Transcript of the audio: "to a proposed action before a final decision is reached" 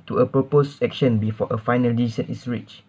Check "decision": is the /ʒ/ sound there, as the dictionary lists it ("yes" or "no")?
no